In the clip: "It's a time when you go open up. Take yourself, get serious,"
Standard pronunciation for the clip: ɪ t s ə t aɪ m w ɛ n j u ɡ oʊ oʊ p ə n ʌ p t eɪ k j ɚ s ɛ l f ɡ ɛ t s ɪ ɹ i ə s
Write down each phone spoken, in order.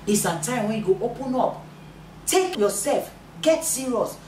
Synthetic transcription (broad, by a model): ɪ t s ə t aɪ m w ɛ n j u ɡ oʊ oʊ p ə n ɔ p t eɪ k j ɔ s ɛ l f ɡ ɛ t s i ɹ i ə s